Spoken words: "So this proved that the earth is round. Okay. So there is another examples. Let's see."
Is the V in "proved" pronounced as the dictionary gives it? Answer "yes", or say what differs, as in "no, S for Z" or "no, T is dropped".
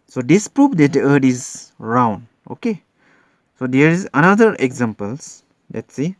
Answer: no, F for V